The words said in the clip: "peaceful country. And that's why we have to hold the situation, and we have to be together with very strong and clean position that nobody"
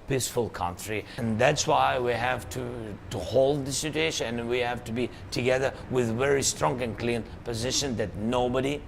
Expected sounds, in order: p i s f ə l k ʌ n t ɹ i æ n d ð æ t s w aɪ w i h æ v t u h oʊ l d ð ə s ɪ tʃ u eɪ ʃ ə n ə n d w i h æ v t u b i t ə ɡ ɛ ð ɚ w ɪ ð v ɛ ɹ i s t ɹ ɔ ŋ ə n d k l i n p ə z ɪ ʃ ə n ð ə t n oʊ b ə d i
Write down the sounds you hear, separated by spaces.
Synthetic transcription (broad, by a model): p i s f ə l k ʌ n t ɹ i n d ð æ t s w aɪ w i h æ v t u h oʊ l d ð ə s ɪ tʃ u eɪ ʃ ə n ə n w i h æ v t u b i t ə ɡ ɛ ð ɚ w ɪ ð v ɛ ɹ i s t ɹ ɔ ŋ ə n k l i n p ə z ɪ ʃ ə n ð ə t n oʊ b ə d i